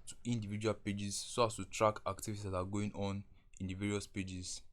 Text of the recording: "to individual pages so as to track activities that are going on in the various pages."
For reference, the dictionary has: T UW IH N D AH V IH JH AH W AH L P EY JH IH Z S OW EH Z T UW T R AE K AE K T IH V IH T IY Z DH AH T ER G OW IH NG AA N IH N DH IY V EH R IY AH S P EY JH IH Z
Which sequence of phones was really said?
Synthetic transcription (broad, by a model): T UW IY N D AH V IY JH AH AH L P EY JH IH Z S OW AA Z T UW T R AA K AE K T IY V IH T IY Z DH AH T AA G OW IH NG AA N IH N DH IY V EH R IY AH S P EY JH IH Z